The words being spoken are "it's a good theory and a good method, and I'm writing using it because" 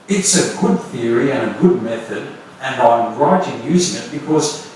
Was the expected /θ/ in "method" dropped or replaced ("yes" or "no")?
no